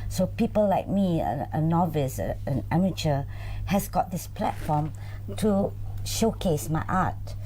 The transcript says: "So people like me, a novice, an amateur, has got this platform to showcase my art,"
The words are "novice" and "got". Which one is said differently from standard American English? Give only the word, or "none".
none